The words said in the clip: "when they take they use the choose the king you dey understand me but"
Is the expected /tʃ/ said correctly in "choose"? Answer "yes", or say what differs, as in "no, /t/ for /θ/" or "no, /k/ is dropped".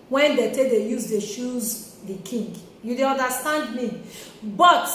no, /ʃ/ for /tʃ/